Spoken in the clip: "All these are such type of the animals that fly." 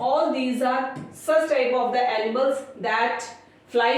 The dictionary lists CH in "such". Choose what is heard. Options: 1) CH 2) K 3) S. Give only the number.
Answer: 3